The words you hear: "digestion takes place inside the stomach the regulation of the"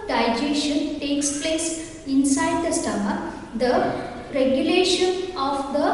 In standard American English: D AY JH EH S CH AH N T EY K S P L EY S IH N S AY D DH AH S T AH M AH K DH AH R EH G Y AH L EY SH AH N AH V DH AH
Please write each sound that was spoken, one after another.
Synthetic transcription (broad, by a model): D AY JH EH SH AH N T EY K S P L EY S IH N S AY D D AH S T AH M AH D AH R EH G Y AH L EY SH AH N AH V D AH